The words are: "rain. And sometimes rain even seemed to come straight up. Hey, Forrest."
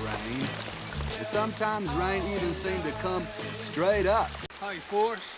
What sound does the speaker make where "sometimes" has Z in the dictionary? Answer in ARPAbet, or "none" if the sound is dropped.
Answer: Z